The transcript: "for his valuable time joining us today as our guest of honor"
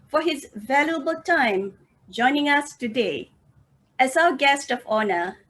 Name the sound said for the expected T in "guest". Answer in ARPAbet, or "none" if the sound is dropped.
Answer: T